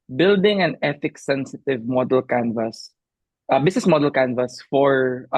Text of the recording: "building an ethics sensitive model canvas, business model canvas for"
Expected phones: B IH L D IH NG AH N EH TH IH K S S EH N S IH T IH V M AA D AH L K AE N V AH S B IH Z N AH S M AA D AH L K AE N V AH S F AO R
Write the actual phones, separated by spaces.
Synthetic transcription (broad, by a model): B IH L D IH NG AH N EH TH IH K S S EH N S IH T IH V M AA D AH L K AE N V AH S B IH S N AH S M AA D AH L K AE N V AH S F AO R